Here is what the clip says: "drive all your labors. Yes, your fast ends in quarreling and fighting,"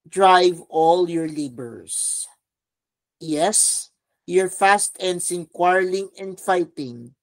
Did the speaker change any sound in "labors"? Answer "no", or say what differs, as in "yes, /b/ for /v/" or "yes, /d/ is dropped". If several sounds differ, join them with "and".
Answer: yes, /s/ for /z/